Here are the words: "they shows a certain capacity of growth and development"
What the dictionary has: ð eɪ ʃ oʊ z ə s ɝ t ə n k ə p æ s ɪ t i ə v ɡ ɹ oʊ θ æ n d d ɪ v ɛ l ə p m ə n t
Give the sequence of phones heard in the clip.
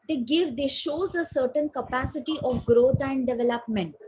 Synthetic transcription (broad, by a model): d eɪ ʃ oʊ z ə s ɝ t ə n k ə p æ s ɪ t i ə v ɡ ɹ oʊ t æ n d d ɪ v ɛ l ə p m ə n t